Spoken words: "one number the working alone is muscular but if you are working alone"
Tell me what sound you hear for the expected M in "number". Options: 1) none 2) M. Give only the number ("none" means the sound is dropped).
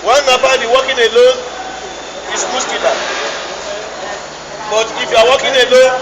1